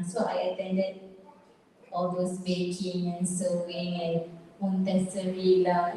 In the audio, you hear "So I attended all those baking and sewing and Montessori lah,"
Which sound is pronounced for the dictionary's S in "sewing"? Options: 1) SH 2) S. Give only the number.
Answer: 2